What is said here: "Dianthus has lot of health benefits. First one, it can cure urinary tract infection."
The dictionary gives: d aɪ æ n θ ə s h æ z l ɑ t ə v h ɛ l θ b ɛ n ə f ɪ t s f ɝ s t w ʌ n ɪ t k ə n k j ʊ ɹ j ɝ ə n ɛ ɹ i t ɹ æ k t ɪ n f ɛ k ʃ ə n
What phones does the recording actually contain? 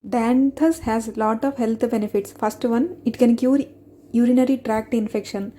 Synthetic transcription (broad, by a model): d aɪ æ n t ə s h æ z l ɑ t ə v h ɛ l t b ɛ n ə f ɪ t s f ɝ s t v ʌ n ɪ t k ə n k j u ɹ j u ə n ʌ ɹ i t ɹ æ k t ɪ n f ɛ k ʃ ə n